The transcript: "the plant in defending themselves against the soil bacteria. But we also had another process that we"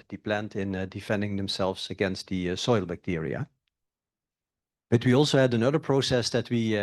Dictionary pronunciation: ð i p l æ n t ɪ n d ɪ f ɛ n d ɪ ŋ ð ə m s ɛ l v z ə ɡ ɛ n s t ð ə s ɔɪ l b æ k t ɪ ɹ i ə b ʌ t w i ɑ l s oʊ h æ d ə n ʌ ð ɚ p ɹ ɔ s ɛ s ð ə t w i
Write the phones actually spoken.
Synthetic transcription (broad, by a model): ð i p l æ n t ɪ n d ɪ f ɛ n d ɪ ŋ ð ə m s ɛ l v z ə ɡ ɛ n s t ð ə s ɔɪ l b æ k t ɪ ɹ i ə b ʌ t w i ɑ l s oʊ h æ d ə n ʌ ð ɚ p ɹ ɔ s ɛ s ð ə t w i